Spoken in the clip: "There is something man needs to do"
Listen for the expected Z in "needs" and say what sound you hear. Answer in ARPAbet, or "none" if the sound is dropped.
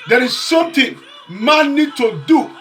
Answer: none